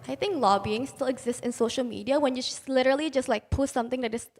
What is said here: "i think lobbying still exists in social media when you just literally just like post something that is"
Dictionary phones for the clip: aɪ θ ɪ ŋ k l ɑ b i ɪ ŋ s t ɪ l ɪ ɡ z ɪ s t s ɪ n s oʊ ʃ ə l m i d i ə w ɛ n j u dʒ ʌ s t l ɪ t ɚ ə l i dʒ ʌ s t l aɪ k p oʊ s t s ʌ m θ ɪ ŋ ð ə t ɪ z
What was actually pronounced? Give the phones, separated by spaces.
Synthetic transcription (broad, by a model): aɪ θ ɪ ŋ k l ɑ b i ɪ ŋ s t ɪ l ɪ ɡ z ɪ s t ɪ n s oʊ ʃ ə l m i d i ə w ɛ n j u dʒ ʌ s l ɪ t ɚ ə l i dʒ ʌ s t l aɪ k p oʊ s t s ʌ m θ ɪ ŋ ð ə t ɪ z